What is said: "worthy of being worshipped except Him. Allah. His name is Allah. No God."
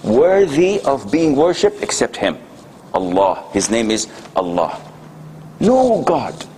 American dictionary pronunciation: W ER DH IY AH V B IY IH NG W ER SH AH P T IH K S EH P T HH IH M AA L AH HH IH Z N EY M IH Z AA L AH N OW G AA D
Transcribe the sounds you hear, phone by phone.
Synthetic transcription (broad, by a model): W ER DH IY AH V B IY IH NG W ER SH AH P T IH K S EH P T HH IH M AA L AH HH IH Z N EY M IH Z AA L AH N OW G AA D